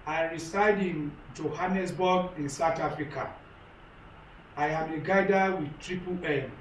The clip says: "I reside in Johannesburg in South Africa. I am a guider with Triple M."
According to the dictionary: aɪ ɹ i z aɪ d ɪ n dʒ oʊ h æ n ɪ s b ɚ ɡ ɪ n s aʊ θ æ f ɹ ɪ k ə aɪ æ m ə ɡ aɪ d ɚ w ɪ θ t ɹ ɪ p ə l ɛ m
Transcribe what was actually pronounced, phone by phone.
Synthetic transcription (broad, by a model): aɪ ɹ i s aɪ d ɪ n dʒ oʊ h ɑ n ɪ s b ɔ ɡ ɪ n s aʊ t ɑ f ɹ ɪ k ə aɪ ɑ m ə ɡ aɪ d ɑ w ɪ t ɹ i p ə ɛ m